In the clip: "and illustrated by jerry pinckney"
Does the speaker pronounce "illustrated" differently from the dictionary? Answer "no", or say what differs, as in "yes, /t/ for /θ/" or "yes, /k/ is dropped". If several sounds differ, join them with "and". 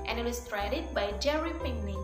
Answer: yes, /l/ is dropped